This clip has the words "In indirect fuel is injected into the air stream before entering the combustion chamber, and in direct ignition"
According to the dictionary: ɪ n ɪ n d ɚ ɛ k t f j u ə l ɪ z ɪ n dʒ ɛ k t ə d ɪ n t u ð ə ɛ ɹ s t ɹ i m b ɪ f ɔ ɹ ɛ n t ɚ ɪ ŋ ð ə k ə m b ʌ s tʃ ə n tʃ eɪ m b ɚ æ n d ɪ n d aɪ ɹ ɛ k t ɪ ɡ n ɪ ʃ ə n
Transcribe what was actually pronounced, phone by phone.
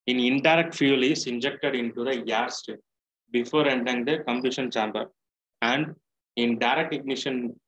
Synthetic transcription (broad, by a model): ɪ n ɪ n d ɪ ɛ k t f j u l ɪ s ɪ n dʒ ɛ k t ə d ɪ n t u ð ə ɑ ɹ s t i b ɪ f ɔ ɹ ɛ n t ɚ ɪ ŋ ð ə k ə m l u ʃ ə n tʃ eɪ m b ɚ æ n d ɪ n d aɪ ɹ ɛ k t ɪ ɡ n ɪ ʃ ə n